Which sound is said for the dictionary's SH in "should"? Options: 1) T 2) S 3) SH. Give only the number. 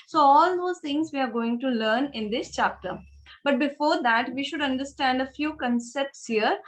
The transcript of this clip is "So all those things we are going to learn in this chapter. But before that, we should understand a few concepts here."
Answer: 3